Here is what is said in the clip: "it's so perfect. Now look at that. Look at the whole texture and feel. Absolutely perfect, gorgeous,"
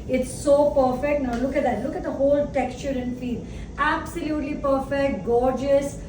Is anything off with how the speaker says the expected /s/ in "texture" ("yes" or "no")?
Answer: no